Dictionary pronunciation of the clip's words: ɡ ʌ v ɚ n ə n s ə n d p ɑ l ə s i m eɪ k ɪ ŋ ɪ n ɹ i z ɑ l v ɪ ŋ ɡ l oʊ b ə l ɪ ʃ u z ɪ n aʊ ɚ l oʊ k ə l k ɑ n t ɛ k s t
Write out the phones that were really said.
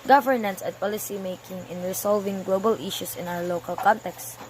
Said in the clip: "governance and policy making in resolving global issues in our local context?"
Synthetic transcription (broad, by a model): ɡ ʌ v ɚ n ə n s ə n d p ɑ l ə s i m eɪ k ɪ ŋ ɪ n ɹ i s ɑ l v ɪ ŋ ɡ l oʊ b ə l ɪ ʃ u s ɪ n aʊ ɚ l oʊ k ə l k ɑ n t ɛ k s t